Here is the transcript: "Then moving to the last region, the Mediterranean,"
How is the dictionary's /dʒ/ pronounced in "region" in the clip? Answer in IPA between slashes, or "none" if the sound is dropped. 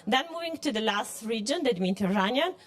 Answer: /dʒ/